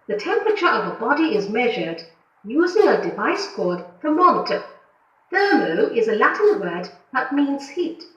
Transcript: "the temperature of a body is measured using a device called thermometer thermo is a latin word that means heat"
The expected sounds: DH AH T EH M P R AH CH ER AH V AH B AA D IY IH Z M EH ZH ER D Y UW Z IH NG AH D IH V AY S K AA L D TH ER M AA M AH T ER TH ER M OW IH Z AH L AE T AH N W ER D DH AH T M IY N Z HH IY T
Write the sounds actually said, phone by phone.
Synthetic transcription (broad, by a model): DH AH T EH M P R AH CH ER AH V AH B AA D IY IH Z M EH ZH ER D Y UW Z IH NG AH D IH V AY S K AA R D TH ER M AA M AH T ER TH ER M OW IH Z AH L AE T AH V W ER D DH AH T M IY N Z HH IY T